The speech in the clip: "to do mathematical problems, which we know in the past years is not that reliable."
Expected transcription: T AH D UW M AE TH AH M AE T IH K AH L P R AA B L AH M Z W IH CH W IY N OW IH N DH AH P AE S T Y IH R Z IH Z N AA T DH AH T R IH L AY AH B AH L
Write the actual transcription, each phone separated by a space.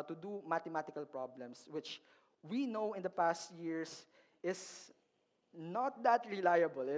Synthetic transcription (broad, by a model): T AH D UW M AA T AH M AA T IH K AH L P R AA B L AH M S W IH CH W IY N OW IH N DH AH P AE S T Y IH R S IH S N AA T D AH T R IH L AY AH B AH L